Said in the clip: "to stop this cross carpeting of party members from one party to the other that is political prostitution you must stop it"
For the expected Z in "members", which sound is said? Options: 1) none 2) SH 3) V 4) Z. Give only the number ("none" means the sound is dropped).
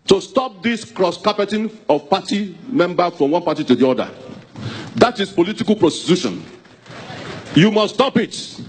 1